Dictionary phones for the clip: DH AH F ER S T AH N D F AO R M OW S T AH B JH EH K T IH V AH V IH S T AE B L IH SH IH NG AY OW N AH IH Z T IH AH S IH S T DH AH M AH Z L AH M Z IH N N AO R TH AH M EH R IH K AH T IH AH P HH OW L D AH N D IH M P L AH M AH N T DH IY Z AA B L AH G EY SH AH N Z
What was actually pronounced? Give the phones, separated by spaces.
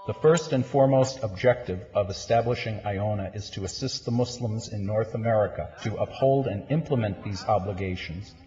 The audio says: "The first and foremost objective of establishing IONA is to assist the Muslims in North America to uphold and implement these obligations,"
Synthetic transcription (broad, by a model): DH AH F ER S T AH N F AO R M OW S T AH B JH EH K T IH V AH V IH S T AE B L IH SH IH NG AY OW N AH IH Z T IH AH S IH S T DH AH M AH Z L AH M Z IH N N AO R TH AH M EH R IH K AH T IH AH P HH OW L D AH N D IH M P L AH M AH N DH IY Z AA B L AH G EY SH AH N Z